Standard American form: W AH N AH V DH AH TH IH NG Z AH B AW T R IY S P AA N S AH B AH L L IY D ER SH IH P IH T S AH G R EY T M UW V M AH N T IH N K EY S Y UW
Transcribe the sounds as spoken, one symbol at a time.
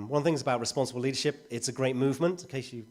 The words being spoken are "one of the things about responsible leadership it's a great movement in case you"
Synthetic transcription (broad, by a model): W AH N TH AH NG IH Z AH B AW T R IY S P AA N S AH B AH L L IY D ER SH IH P IH T S AH G R EY T M UW V M AH N T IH K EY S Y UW